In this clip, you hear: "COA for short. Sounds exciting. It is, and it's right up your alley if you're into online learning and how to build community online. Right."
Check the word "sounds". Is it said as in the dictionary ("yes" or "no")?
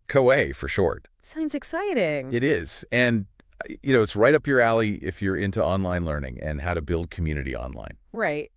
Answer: yes